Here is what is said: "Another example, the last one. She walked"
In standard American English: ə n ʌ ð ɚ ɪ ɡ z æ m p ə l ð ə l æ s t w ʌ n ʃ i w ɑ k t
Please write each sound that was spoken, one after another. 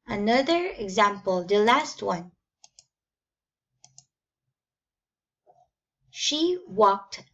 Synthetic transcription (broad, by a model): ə n ʌ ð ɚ ɪ ɡ z æ m p ə l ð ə l æ s t w ʌ n ʃ i w ɑ k t